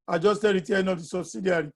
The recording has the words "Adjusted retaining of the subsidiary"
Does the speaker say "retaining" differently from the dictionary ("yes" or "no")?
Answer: yes